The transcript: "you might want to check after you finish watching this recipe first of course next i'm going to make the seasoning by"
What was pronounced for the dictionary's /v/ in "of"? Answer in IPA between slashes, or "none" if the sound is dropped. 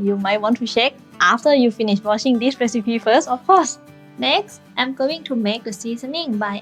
/f/